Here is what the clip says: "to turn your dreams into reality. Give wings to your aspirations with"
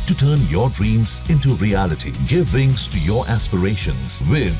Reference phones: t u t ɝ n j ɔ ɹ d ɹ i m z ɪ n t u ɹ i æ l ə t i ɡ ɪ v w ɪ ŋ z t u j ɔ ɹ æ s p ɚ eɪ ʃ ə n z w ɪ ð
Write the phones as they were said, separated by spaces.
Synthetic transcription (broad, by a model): t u t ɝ n j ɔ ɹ d ɹ i m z ɪ n t u ɹ i æ l ə t i ɡ ɪ v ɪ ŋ s t u j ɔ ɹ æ s p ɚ eɪ ʃ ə n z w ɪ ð